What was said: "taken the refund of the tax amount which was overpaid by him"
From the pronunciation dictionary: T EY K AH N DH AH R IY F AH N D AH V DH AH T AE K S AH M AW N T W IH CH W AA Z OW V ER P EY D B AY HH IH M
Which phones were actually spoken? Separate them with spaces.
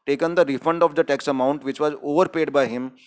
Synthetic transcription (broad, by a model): T EY K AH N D AH R IY F AH N D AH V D AH T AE K S AH M AW N T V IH CH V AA Z OW V ER P EY D B AY HH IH M